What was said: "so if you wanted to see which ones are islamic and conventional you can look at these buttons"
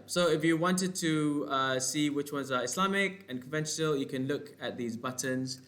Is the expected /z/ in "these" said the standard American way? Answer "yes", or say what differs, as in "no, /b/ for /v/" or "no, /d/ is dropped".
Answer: yes